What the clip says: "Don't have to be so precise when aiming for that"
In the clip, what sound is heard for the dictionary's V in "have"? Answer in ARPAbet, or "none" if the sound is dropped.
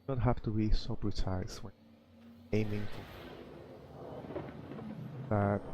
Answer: F